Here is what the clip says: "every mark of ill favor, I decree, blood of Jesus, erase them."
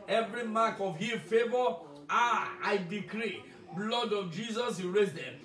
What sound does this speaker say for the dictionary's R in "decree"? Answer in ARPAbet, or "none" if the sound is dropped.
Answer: R